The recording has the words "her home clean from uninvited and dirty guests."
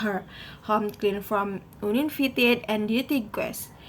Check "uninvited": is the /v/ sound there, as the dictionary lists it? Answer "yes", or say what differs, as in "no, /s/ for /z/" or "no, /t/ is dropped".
no, /f/ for /v/